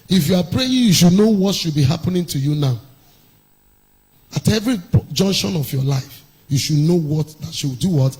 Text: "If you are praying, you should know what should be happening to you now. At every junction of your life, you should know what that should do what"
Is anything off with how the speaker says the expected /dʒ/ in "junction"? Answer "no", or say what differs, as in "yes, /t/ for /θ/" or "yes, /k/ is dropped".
no